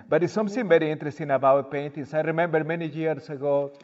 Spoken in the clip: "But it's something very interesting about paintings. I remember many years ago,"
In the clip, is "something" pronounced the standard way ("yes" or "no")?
no